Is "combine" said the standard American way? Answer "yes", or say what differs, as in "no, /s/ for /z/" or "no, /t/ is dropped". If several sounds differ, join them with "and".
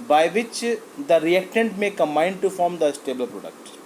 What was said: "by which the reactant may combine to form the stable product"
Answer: no, /b/ is dropped